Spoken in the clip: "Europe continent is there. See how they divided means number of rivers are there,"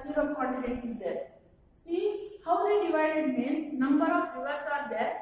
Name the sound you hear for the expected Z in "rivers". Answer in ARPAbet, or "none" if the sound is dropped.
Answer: S